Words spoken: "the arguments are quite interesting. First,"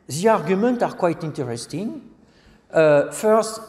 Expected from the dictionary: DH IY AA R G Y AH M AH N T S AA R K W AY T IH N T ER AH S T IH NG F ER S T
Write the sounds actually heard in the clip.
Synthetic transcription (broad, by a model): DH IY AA R G Y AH M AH N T AA R K W AY T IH N T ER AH S T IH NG F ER S T